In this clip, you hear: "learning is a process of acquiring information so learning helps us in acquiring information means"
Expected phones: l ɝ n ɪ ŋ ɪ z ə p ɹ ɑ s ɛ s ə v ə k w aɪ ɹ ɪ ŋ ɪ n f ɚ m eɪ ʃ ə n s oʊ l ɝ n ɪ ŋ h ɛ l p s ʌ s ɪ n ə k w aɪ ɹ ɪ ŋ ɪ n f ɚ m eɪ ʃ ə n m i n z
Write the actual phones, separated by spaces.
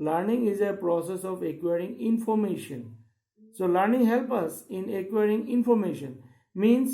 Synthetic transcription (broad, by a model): l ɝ n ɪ ŋ ɪ z ə p ɹ ɑ s ɛ s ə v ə k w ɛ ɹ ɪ ŋ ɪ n f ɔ m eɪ ʃ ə n s oʊ l ɝ n ɪ ŋ h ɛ l p ʌ s ɪ n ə k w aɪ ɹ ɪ ŋ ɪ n f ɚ m eɪ ʃ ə n m i n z